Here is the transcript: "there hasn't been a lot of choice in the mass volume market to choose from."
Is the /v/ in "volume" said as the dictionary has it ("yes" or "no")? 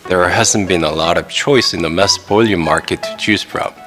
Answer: no